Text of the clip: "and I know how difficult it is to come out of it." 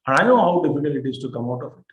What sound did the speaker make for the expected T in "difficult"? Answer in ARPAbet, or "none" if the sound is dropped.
none